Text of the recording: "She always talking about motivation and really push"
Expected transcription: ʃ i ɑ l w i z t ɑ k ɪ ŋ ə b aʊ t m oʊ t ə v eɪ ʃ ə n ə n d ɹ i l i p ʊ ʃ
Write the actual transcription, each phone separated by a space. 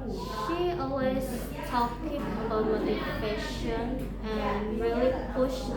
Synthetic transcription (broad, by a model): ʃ i ɑ l w i z t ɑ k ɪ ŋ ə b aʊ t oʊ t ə eɪ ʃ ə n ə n ɹ i l i p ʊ ʃ